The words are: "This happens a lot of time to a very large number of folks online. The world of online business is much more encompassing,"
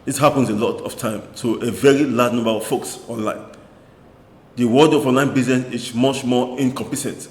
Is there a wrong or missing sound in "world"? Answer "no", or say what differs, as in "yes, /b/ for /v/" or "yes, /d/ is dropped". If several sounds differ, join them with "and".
yes, /l/ is dropped